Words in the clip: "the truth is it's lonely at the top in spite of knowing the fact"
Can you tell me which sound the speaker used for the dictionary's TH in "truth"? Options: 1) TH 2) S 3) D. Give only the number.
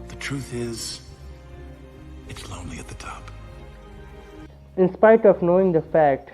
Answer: 1